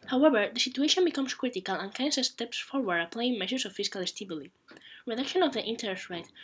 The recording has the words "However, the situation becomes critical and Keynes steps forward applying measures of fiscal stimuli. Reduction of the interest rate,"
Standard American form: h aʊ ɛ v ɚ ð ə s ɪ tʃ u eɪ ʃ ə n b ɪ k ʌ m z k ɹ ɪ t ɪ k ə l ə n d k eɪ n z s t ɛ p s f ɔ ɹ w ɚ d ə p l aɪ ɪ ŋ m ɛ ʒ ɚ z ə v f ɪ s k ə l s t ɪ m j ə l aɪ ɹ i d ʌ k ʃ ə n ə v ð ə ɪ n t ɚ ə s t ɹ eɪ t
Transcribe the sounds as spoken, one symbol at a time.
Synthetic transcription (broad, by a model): h aʊ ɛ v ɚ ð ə s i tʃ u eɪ ʃ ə n b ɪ k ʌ m s k ɹ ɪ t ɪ k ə l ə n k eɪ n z s t ɛ p s f ɔ ɹ w ɚ d ə p l aɪ ɪ ŋ m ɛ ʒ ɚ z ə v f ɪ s k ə l s t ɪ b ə l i ɹ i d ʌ k ʃ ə n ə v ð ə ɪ n t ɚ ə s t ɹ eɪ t